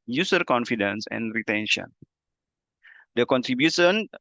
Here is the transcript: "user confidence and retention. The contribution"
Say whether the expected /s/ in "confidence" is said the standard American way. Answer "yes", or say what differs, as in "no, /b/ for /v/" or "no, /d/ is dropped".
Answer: yes